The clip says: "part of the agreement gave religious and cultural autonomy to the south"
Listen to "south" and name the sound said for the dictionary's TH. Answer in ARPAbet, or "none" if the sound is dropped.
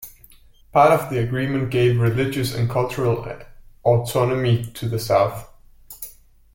TH